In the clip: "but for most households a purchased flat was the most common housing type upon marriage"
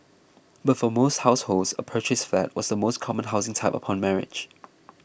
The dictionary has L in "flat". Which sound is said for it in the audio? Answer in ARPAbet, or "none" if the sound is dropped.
none